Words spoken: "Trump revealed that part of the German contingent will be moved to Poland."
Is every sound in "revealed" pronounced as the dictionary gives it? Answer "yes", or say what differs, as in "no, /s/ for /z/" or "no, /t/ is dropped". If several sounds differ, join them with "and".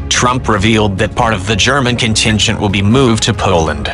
yes